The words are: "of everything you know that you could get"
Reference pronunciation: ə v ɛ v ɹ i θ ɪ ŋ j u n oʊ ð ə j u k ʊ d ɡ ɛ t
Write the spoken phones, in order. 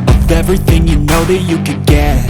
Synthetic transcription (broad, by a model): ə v ɛ v ɹ i θ ɪ ŋ j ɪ n oʊ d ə j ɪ k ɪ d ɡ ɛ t